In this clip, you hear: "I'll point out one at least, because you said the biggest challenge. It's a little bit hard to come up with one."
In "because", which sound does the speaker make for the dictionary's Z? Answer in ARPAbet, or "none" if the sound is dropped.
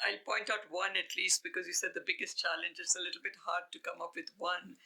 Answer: Z